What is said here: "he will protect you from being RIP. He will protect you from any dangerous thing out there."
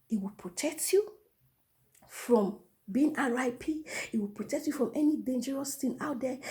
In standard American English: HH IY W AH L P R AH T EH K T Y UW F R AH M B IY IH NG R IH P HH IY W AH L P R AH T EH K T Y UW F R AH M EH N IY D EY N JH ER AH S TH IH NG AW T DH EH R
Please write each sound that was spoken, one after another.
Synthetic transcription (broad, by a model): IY W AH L P R AH T EH K T Y UW F R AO M B IY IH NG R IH P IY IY W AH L P R AH T EH K T Y UW F R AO M EH N IY D EY N JH ER AH S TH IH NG AW T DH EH